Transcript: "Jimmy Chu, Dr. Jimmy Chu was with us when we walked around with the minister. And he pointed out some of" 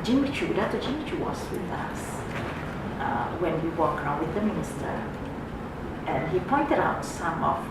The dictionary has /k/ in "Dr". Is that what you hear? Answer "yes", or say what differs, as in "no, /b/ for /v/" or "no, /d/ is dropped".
no, /k/ is dropped